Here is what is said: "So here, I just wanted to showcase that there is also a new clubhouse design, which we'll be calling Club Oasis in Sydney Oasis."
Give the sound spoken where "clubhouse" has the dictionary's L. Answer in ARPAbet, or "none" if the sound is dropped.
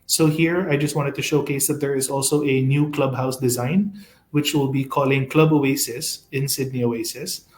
L